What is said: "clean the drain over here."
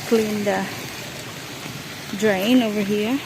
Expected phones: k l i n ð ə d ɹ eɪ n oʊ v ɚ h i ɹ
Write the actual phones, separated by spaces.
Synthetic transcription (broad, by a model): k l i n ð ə d ɹ eɪ n oʊ v ɚ h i ɹ